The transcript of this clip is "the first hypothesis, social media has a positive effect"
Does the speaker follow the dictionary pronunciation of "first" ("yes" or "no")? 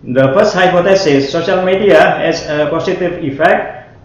no